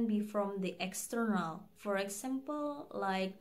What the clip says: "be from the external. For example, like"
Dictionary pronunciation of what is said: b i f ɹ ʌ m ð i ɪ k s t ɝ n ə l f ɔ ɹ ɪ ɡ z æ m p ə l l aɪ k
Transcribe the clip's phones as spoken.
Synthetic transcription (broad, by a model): b i f ɹ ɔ m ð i ɪ k s t ɝ n ə l f ɔ ɹ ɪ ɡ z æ m p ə l l aɪ k